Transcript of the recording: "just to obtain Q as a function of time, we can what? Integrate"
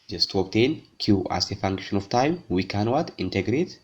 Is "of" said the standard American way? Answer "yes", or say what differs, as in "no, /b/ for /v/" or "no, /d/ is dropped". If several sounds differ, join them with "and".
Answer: no, /f/ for /v/